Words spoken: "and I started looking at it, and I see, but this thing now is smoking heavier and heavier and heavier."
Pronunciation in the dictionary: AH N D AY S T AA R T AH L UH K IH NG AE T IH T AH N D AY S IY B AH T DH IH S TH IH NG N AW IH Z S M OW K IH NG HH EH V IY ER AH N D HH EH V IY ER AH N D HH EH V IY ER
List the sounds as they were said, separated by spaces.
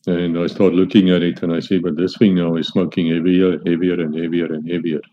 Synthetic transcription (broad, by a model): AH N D AY S T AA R T L UH K IH NG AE T IH T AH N AY S IY B AH T DH IH S F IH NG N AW IH Z S M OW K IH NG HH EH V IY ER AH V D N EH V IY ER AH N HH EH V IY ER